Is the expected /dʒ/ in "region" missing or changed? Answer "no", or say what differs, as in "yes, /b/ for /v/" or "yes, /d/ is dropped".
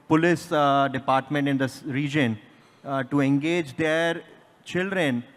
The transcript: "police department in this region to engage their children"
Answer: no